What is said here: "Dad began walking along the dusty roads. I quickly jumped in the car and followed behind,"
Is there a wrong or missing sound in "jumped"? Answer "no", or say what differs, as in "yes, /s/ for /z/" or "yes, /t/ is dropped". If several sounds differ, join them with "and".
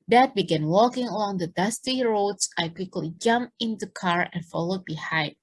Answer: yes, /t/ is dropped